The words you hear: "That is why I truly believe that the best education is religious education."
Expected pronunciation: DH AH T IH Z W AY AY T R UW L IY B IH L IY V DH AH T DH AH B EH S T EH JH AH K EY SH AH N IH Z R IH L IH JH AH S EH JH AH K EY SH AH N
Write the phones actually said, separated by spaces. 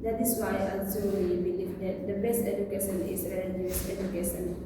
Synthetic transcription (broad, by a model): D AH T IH S W AY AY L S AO W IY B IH L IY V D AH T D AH B EH S T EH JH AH K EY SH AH N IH S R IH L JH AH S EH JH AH K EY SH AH N